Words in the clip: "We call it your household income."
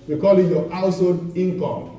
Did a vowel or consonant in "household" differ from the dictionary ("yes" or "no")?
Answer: yes